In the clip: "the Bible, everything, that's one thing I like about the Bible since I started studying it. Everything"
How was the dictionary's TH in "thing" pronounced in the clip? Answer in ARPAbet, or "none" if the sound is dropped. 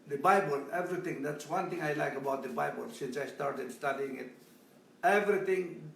T